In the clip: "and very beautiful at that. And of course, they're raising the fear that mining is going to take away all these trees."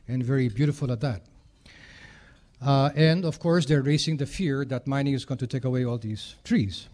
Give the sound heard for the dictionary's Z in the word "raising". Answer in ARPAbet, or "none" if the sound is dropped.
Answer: S